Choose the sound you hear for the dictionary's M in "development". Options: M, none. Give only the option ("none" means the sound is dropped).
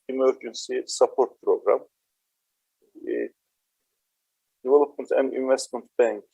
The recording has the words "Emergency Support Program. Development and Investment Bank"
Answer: none